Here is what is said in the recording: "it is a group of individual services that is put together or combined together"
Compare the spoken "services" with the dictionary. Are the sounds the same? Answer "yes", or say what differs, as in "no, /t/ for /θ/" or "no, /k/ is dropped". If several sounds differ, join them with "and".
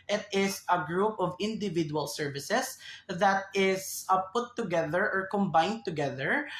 no, /s/ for /z/